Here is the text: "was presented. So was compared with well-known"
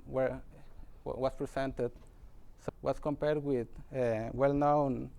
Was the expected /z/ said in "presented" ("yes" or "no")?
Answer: no